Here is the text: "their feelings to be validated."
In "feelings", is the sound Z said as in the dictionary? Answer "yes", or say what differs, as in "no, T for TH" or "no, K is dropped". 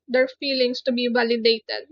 no, S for Z